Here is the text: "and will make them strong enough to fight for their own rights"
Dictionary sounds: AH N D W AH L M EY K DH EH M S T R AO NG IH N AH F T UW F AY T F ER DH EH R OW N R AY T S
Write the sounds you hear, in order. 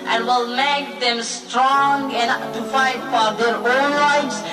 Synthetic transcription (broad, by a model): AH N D W AH L M EY K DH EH M S T R AO NG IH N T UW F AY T F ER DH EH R OW N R AY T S